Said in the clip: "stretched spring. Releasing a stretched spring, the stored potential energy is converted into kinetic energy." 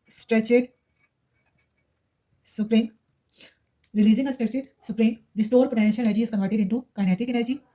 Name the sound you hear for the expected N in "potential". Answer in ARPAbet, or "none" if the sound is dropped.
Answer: none